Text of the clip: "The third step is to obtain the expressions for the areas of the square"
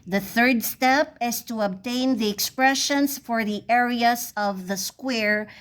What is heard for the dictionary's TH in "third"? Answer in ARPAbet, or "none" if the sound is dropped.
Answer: TH